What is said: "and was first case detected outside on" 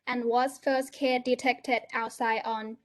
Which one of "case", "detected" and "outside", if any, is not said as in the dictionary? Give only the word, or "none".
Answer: case